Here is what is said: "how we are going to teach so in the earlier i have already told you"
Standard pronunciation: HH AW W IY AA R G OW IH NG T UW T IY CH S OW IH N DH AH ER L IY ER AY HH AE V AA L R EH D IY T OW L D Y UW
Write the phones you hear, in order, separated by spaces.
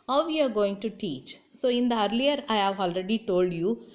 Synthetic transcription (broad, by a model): HH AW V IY AA R G OW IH NG T UW T IY CH S OW IH N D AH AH L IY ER AY HH AE V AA L R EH D IY T OW L D Y UW